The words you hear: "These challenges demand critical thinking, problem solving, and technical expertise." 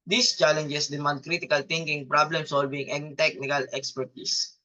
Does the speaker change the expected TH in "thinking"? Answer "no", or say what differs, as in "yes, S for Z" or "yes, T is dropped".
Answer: yes, T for TH